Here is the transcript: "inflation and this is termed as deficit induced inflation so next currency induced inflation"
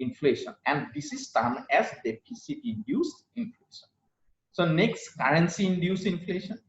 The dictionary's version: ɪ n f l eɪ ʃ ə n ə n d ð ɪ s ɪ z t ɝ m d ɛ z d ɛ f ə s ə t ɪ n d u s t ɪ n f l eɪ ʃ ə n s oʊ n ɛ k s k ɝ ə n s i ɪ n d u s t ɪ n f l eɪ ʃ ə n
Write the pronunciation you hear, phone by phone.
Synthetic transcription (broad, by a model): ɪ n f l eɪ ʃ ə n ə n d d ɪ s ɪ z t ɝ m ɛ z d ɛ p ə s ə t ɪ n d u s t ɪ n f l eɪ ʃ ə n s oʊ n ɛ k s k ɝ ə n s i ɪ n d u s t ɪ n f l eɪ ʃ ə n